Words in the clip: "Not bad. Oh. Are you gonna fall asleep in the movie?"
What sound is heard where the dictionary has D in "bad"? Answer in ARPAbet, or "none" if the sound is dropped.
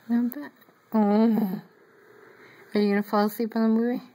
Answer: none